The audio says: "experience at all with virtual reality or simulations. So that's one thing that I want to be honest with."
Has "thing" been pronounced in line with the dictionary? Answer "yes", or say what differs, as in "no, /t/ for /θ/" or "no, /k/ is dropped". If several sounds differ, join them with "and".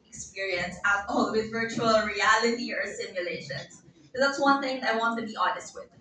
yes